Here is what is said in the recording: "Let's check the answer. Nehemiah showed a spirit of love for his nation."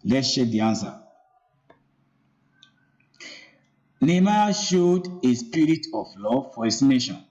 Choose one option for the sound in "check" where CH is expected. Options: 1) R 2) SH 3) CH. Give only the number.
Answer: 2